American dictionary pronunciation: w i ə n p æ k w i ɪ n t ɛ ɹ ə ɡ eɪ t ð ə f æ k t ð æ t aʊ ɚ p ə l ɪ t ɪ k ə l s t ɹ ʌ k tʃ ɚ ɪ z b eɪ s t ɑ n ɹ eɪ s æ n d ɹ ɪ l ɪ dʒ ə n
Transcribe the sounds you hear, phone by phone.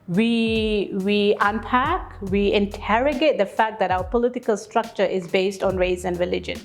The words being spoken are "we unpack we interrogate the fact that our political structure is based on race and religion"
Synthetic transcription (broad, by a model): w i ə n p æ k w i ɪ n t ɛ ɹ ə ɡ eɪ t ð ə f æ k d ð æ t aʊ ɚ p ə l ɪ t ɪ k ə l s t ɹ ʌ k tʃ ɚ ɪ z b eɪ s t ɑ n ɹ eɪ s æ n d ɹ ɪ l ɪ dʒ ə n